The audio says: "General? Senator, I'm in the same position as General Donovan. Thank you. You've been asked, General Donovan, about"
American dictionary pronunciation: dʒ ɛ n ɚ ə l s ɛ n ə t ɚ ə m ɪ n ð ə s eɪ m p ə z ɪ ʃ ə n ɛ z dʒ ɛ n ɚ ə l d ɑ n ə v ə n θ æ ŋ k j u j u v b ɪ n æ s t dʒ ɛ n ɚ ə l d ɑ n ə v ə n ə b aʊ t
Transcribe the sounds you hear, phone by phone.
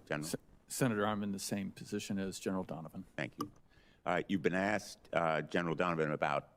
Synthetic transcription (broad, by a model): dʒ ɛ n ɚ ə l s ɛ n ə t ɚ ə m ɪ n ð ə s eɪ m p ə z ɪ ʃ ə n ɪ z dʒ ɛ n ɚ l d ɑ n ə v ə n θ æ ŋ k j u j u v b ɪ n æ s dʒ ɛ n ɚ l d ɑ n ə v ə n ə b aʊ t